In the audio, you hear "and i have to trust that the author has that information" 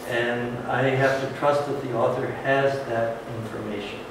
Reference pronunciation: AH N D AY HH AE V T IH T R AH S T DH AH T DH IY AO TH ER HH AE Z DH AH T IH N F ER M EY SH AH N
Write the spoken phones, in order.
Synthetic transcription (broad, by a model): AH N AY HH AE F T IH T R AH S T DH AH T DH IY AO TH ER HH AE Z DH AH T IH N F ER M EY SH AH N